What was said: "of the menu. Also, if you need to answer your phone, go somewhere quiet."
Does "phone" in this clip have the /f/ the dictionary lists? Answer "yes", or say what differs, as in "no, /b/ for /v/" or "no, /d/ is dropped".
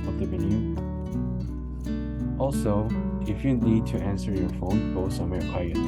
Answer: yes